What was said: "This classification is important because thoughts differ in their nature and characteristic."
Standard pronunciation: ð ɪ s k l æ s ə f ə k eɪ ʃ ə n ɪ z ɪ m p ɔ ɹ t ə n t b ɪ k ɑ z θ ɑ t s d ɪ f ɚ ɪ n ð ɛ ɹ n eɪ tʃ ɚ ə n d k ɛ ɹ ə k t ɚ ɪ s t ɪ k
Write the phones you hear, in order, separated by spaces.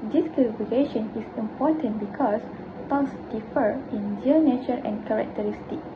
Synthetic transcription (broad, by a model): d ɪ s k ɛ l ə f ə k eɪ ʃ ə n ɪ s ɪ m p ɔ t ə n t b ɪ k ɑ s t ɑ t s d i f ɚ ɪ n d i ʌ n eɪ tʃ ɚ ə n k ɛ ɹ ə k t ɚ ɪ s t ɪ k